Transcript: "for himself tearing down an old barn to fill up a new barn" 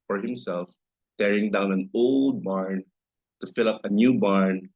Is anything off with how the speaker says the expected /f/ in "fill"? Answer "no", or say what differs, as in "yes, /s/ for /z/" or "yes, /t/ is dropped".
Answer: no